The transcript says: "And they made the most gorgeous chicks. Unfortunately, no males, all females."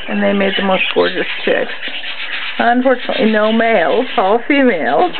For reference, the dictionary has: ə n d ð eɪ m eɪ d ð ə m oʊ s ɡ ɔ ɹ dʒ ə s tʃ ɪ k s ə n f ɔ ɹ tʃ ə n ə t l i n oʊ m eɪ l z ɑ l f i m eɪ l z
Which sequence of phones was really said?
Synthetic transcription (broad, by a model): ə n ð eɪ m eɪ d ð ə m oʊ s ɡ ɔ ɹ dʒ ə s tʃ ɪ k s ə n f ɔ ɹ tʃ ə n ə t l i n oʊ m eɪ l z ɑ l f i m eɪ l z